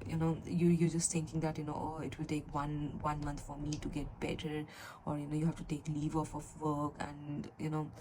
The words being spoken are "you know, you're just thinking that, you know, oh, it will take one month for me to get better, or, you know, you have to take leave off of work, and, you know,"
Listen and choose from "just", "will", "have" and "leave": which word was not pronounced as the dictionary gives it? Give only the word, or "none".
have